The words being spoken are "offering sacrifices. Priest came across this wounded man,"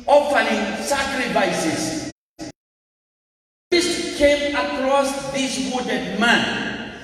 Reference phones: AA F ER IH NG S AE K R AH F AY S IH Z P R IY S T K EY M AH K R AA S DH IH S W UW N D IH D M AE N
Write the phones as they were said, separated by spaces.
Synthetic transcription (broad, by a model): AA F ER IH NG S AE K R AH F AY S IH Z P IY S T K EY M AH K R AA S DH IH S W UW D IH D M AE N